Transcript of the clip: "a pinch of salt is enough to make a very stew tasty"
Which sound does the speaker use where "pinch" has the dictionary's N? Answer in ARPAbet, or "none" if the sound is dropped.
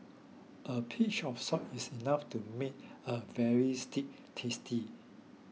none